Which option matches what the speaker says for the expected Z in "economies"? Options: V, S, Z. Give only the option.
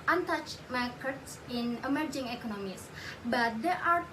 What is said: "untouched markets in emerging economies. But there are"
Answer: S